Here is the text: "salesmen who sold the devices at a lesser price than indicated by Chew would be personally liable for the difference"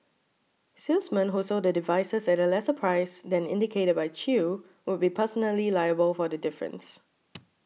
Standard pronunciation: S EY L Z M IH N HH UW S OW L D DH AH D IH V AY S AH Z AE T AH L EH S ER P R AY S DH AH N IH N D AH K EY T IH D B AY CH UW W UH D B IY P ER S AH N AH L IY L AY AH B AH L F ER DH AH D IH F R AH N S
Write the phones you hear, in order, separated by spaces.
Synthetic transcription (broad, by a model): S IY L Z M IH N HH UW S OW D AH D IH V AY S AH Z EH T AH L EH S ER P R AY S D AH N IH N D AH K EY T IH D B AY CH UW W UH D B IY P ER S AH N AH L IY L AY AH B AH L F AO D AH D IH F R AH N S